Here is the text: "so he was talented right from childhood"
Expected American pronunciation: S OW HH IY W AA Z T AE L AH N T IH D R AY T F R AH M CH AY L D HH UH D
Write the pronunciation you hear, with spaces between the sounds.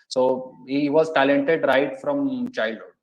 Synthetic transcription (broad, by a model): S OW HH IY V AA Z T AE L AH N T IH D R AY T F R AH M CH AY L D HH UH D